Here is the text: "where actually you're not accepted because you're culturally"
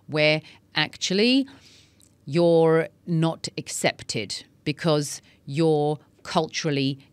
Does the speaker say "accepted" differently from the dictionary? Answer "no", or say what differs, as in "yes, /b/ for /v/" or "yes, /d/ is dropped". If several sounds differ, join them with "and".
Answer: no